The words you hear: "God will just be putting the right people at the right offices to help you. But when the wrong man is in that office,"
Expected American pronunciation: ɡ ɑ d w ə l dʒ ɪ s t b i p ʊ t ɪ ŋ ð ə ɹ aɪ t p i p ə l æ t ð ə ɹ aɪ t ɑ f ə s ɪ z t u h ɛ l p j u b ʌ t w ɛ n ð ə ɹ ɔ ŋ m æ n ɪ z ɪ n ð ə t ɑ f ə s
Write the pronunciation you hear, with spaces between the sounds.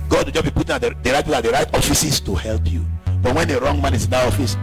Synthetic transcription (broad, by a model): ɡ ɑ d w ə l dʒ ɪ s b i p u t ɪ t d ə ɹ aɪ t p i ə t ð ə ɹ aɪ t ɑ f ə s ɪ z t u h ɛ l p j u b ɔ t w ɛ n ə ɹ ɔ ŋ m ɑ n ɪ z ɪ n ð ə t ɑ f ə s